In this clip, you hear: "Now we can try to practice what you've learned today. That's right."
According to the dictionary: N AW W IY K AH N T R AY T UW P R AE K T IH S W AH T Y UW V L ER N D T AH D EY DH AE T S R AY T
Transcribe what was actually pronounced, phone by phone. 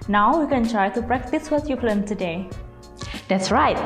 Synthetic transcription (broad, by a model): N AW W IY K AH N T R AY T UW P R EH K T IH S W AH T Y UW P L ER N T AH D EY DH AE T S R AY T